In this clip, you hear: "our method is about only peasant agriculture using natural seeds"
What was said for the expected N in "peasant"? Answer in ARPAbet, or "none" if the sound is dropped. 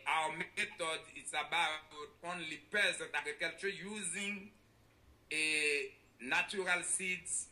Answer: none